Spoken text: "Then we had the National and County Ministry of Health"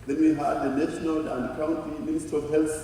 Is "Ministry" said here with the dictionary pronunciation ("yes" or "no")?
no